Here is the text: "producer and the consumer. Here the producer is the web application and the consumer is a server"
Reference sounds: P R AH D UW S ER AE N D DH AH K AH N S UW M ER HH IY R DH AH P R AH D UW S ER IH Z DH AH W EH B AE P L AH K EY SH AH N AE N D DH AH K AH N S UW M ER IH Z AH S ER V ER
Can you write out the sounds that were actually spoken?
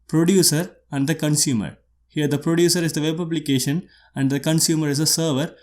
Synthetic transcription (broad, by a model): P R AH D UW S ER AE N D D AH K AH N S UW M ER HH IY R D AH P R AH D UW S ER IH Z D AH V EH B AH B L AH K EY SH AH N AE N D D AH K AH N S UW M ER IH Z AH S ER V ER